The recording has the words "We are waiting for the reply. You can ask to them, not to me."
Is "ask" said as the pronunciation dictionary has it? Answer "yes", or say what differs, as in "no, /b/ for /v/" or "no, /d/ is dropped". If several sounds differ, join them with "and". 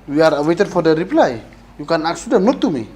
no, /s/ is dropped